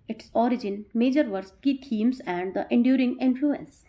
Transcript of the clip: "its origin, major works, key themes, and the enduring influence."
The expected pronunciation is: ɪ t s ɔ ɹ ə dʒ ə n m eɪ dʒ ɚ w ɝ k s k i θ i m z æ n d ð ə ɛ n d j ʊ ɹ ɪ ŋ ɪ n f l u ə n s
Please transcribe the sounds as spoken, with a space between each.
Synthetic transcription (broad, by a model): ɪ t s ɔ ɹ ə dʒ ə n m eɪ dʒ ɚ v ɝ s k i t i m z æ n d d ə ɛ n d j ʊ ɹ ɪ ŋ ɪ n f l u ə n s